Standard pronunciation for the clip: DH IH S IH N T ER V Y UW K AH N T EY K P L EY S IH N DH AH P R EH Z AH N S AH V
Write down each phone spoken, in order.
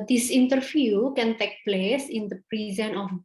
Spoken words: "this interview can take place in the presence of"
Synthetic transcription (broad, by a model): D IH S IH N T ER F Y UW K AH N T EY K P L EY S IH N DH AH P R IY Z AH N AH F